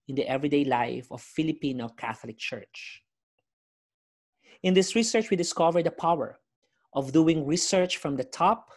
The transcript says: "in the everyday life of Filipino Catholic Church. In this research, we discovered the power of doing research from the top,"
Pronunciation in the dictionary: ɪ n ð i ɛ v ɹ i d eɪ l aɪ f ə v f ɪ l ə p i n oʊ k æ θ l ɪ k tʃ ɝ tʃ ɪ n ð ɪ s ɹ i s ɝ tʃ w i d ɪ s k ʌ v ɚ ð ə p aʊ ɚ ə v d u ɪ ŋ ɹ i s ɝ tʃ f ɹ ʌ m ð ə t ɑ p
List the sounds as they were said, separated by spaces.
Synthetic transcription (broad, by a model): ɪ n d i ɛ v ɹ i d eɪ l aɪ f ə v f ɪ l ə p i n oʊ k æ θ l ɪ k tʃ ɝ tʃ ɪ n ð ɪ s ɹ i s ɝ tʃ w i d ɪ s k ʌ v ɚ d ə p aʊ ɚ ə v d u ɪ ŋ ɹ i s ɝ tʃ f ɹ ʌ m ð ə t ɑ p